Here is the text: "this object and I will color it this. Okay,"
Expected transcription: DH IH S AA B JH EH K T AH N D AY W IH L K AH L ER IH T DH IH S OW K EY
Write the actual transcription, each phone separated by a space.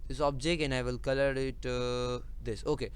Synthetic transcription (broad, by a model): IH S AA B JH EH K AH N AY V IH L K AH L ER IH T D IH S OW K EY